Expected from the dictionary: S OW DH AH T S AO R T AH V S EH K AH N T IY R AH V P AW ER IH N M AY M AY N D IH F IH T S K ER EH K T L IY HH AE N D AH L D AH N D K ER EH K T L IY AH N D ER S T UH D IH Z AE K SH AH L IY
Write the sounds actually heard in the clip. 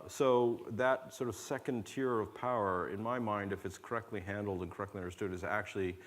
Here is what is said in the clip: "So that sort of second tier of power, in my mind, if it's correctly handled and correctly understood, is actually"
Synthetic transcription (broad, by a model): S OW DH AH T S AO R T AH V S EH K AH N T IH R AH V P AW ER IH N M AY M AY N D IH F IH T S K ER EH K T L IY HH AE N D L D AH N K ER EH K T L IY AH N D ER S T UH D IH Z AE K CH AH L IY